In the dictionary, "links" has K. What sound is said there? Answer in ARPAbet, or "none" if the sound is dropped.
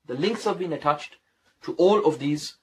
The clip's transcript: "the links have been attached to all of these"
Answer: K